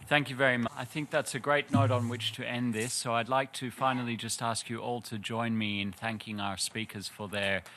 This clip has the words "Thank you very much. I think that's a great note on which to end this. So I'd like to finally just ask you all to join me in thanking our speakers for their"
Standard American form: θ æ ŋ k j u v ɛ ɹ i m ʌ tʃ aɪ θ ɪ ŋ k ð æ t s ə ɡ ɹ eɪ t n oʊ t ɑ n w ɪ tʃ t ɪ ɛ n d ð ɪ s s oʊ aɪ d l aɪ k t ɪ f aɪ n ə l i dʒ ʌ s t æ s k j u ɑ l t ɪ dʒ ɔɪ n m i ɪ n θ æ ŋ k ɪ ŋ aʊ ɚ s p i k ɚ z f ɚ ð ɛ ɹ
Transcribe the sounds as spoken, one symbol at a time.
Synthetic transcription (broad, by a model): θ æ ŋ k j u v ɛ ɹ i m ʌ aɪ θ ɪ ŋ k ð æ t s ə ɡ ɹ eɪ t n oʊ t n w ɪ tʃ t ɪ ɛ n ð ɪ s s oʊ aɪ d l aɪ k t ɪ f aɪ n l i dʒ ʌ s t æ s k j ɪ ɑ l t ɪ dʒ ɔɪ n m i ɪ n θ æ ŋ k ɪ ŋ aʊ ɚ s p i k ɚ z f ɚ ð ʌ ɹ